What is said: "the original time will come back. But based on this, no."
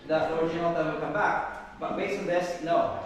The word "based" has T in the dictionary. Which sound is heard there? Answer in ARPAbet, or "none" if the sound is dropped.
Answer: none